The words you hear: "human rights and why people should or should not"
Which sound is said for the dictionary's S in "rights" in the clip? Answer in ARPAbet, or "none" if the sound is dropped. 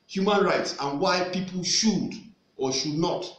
S